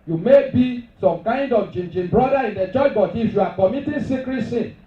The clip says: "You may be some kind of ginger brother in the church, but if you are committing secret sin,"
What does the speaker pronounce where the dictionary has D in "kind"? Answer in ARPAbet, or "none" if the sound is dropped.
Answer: D